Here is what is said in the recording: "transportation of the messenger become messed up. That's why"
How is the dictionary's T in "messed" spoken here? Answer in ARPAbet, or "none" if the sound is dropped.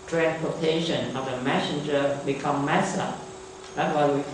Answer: none